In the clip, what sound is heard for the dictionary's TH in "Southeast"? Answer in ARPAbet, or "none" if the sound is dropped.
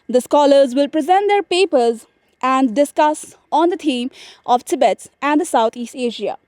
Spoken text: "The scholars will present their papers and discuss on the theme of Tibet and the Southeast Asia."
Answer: T